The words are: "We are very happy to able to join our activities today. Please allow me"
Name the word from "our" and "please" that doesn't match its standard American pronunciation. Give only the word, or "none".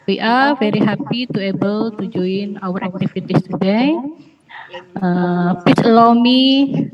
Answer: please